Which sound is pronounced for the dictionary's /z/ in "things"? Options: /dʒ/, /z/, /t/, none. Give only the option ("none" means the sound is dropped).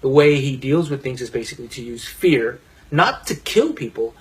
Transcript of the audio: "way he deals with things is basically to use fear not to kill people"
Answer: /z/